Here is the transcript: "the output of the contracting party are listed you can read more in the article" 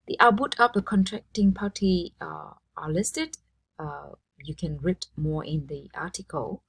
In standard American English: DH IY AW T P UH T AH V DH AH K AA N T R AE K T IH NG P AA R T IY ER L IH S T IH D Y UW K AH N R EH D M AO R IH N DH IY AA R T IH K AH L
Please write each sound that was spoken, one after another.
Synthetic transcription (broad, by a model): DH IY T B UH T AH P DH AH K AA N T R AE K T IH NG P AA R T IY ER L IH S T IH D Y UW K AH N R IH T M AO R IH N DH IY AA T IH K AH L